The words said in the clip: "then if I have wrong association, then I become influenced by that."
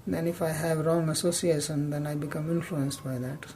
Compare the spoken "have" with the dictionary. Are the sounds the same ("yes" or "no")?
yes